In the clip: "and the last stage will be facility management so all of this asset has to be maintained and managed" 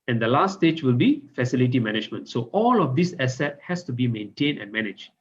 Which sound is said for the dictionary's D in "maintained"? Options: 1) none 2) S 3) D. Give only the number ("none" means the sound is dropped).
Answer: 1